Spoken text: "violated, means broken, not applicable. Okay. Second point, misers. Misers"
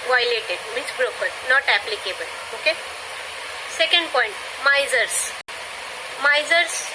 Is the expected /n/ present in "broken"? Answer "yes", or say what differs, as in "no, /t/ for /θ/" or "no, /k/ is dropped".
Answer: no, /l/ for /n/